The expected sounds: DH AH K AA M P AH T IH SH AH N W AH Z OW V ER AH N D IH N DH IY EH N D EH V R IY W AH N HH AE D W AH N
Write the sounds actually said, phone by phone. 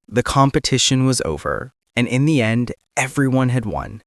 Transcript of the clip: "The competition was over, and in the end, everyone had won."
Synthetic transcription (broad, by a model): DH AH K AA M P AH T IH SH AH N W AH Z OW V ER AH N IH N DH IY EH N D EH V R IY W AH N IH D W AH N